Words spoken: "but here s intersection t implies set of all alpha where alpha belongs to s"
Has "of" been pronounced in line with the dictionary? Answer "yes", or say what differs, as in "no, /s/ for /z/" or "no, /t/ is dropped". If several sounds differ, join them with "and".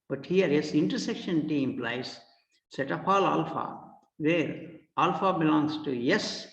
no, /p/ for /v/